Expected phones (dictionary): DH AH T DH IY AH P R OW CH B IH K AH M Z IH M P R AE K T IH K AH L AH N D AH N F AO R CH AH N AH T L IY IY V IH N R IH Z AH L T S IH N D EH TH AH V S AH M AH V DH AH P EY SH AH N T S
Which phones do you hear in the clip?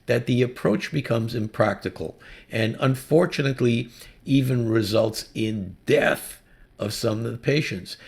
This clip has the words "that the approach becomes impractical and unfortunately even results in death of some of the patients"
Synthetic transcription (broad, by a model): DH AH T DH IY AH P R OW CH B IH K AH M Z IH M P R AE K T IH K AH L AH N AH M F AO R CH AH N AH T L IY IY V IH N R IH Z AH L T S IH N D EH TH AH V S AH M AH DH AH P EY SH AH N T S